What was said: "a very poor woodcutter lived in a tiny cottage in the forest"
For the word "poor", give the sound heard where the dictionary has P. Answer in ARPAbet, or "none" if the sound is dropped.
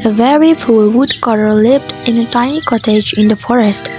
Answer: F